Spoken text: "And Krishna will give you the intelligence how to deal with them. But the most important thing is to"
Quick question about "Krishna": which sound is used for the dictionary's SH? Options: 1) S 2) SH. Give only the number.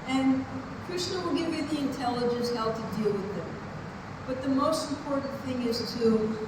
1